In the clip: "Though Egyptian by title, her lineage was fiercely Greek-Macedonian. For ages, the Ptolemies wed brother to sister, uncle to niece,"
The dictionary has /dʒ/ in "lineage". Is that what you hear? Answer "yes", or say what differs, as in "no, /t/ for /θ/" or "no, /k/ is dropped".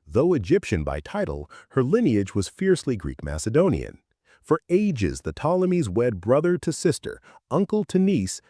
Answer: yes